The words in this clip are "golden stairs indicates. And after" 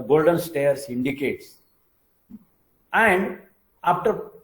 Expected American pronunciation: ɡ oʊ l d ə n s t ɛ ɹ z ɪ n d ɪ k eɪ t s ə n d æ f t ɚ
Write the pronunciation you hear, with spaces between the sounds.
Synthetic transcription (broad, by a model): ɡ oʊ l d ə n s t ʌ ɹ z ɪ n d ɪ k eɪ t s ə n d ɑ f t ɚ